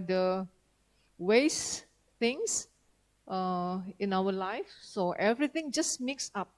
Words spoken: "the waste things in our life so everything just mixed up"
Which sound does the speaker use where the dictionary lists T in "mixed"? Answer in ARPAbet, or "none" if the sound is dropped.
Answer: none